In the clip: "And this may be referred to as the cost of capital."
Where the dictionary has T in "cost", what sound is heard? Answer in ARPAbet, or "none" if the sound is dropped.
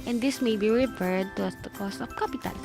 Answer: T